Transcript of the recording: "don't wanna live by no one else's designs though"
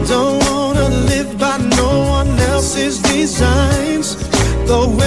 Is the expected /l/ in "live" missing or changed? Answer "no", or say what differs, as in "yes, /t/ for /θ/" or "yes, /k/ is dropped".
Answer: no